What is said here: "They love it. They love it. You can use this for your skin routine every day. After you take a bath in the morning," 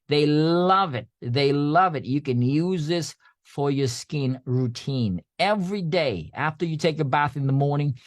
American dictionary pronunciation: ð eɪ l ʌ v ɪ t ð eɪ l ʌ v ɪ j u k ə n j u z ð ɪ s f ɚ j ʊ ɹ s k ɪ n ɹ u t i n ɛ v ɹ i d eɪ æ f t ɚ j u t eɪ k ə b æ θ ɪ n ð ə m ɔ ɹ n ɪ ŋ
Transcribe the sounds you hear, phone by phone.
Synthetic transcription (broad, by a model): ð eɪ l ʌ v ɪ t ð eɪ l ʌ v ɪ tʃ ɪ k ə n j u z ð ɪ s f ɚ j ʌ ɹ s k ɪ n ɹ u t i n ɛ v ɹ i d eɪ æ f t ɚ j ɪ t eɪ k ə b æ θ ɪ n ð ə m ɔ ɹ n ɪ ŋ